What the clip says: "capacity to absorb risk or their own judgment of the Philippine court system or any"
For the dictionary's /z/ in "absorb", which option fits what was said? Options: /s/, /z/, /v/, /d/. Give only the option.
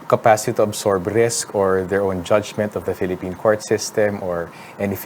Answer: /s/